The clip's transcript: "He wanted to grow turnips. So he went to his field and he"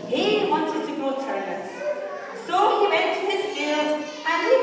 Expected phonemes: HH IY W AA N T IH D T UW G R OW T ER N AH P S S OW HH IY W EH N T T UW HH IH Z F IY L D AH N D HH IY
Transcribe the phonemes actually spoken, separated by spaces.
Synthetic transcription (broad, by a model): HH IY W AA N T IH D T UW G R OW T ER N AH S S OW HH IY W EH N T T UW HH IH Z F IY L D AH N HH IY